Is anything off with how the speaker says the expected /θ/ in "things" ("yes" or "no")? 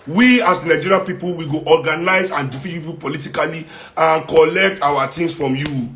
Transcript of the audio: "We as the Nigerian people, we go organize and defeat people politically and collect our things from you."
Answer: yes